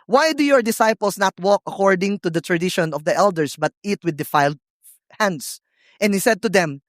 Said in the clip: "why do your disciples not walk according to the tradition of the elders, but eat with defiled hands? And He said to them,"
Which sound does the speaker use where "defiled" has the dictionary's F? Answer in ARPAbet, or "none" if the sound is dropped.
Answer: F